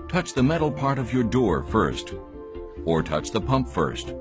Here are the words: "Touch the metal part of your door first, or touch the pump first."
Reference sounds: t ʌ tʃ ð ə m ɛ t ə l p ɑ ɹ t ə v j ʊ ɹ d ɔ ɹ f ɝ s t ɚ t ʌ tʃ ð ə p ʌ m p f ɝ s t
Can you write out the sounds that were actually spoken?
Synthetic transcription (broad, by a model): t ʌ tʃ ð ə m ɛ t l p ɑ ɹ t ə v j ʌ ɹ d ɔ ɹ f ɝ s t ɚ t ʌ tʃ ð ə p ʌ m p f ɝ s t